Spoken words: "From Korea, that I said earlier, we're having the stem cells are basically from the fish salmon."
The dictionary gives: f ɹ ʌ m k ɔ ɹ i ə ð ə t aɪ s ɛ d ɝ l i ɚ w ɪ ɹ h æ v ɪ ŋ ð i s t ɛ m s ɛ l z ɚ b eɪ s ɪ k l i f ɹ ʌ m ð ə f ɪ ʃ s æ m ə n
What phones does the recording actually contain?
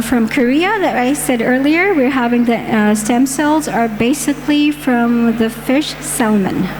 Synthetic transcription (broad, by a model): f ɹ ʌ m k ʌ ɹ i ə ð ə t aɪ s ɛ d ɝ l i ɚ w ɪ ɹ h æ v ɪ ŋ ð i s t ɛ m s ɛ l z ɚ b eɪ s ɪ k l i f ɹ ʌ m ð ə f ɪ ʃ s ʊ m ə n